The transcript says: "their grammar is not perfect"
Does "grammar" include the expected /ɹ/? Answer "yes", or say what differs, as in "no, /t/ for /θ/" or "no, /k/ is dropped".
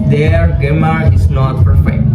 no, /ɹ/ is dropped